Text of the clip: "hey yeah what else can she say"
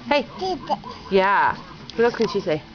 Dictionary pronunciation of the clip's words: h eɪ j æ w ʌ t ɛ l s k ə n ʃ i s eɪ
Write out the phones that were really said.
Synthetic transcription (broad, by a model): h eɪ j æ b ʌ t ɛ s k ə n ʃ i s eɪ